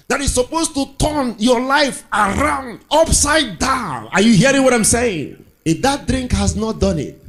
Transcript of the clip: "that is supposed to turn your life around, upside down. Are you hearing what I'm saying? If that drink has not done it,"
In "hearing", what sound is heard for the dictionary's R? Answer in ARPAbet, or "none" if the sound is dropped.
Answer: R